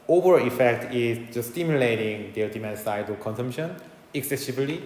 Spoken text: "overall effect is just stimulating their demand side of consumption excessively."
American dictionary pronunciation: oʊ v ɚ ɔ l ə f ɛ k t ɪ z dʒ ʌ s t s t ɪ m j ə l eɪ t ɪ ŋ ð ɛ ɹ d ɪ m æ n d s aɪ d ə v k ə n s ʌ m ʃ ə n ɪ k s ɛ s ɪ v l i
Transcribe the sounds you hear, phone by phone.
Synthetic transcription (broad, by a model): oʊ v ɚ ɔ ə f ɛ k t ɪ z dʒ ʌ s s t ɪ m j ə l eɪ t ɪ ŋ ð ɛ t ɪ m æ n s aɪ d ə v k ə n s ʌ m ʃ ə n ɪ k s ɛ s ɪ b l i